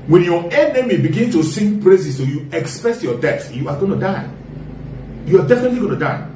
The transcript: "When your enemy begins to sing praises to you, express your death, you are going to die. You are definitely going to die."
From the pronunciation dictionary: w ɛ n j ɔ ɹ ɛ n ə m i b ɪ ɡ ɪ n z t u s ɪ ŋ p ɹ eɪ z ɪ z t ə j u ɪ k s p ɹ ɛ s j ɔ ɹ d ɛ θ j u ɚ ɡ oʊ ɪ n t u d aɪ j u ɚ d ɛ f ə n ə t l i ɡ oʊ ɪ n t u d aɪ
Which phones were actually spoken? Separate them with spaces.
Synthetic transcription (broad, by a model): w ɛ n j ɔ ɛ n ə m i b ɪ ɡ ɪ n t u s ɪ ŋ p ɹ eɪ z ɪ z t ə j u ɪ k s p ɹ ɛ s j ɔ d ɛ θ j u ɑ ɡ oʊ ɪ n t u d aɪ j u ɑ d ɛ f ə n ə t l i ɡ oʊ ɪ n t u d aɪ